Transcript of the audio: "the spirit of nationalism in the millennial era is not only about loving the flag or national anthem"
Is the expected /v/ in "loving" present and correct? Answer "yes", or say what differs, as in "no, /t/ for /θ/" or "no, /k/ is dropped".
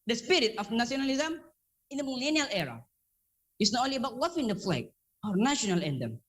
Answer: no, /f/ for /v/